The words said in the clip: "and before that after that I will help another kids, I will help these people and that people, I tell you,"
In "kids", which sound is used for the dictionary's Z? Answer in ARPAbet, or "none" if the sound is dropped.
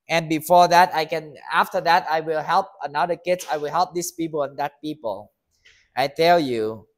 S